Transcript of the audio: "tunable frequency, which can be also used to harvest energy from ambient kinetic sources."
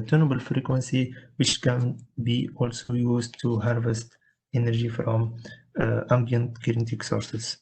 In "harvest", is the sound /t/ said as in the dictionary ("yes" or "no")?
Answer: yes